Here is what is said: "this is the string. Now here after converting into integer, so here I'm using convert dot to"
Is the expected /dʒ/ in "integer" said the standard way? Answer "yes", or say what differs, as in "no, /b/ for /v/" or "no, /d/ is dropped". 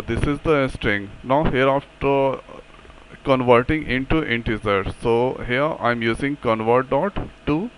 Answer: no, /z/ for /dʒ/